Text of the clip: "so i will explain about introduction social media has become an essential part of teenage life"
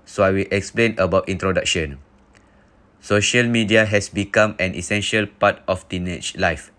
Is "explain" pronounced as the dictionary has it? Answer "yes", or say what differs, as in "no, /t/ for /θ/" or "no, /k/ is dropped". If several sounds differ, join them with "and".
yes